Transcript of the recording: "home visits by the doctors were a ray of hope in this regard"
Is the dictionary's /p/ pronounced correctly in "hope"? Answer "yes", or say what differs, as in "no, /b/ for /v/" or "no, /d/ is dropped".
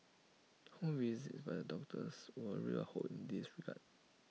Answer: no, /p/ is dropped